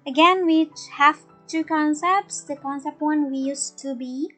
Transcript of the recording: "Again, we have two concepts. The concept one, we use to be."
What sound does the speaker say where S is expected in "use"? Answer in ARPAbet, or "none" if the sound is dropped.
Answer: S